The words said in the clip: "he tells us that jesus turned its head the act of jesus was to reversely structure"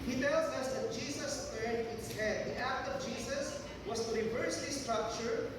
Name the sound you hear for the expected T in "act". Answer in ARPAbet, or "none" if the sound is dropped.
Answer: T